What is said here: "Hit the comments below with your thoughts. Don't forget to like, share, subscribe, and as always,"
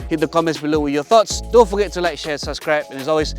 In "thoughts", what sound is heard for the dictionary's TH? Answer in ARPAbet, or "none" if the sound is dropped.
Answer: TH